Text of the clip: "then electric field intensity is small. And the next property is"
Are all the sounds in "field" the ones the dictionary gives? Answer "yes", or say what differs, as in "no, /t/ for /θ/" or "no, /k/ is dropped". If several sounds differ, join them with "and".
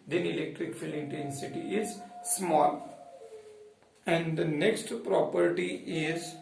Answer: no, /d/ is dropped